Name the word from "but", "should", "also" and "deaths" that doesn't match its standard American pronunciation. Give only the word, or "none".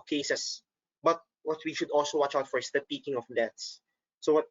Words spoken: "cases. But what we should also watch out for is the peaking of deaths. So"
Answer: deaths